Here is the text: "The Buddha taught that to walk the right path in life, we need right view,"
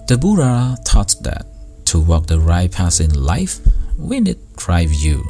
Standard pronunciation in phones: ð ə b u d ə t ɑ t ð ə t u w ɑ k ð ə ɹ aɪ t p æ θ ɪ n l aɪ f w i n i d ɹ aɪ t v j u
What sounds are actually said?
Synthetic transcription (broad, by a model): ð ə b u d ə t ɑ t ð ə t u w ɑ k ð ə ɹ aɪ p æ s ɪ n l aɪ f w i n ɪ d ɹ aɪ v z j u